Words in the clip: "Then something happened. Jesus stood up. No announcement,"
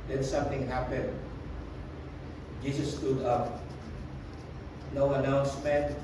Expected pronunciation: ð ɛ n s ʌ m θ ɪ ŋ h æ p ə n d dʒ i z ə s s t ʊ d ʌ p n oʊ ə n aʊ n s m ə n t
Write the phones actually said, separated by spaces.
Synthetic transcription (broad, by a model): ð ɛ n s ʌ m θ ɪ ŋ h æ p ə n d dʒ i s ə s s t ʊ d ʌ p n oʊ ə n aʊ n s m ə n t